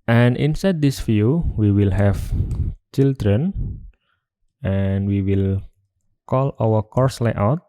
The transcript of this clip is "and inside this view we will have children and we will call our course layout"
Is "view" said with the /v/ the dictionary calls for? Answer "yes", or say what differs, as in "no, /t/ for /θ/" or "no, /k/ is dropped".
no, /f/ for /v/